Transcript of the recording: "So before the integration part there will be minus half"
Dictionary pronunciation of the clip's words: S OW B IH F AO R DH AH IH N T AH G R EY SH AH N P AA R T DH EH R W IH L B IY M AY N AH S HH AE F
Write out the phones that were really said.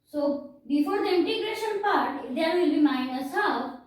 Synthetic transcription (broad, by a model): S OW B IH F AO R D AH IH N T AH G R EY SH AH N P AA R T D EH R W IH L B IY M AY N AH S HH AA